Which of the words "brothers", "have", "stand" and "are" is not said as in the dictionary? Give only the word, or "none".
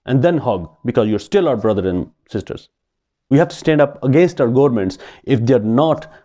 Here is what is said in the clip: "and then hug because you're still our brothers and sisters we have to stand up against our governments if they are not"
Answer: brothers